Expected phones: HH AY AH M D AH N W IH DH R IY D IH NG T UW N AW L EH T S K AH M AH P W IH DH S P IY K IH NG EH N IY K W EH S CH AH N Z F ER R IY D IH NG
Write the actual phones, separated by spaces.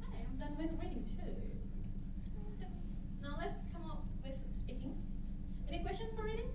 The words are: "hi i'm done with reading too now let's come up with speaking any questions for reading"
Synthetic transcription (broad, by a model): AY AH M D AH N W IH DH R IY D IH NG T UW N AW L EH T S K AH M AH P W IH DH S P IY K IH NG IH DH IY K W EH S CH AH N Z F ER R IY D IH NG